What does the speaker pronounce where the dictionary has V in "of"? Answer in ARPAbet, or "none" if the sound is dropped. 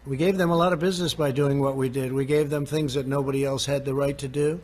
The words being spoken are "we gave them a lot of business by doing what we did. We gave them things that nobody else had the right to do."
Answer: V